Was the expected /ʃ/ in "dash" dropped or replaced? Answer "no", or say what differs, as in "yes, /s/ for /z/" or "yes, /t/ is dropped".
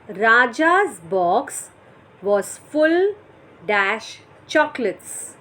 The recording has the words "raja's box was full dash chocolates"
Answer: no